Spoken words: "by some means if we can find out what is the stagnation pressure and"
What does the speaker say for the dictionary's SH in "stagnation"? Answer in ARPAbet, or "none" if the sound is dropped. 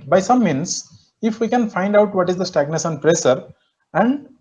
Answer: S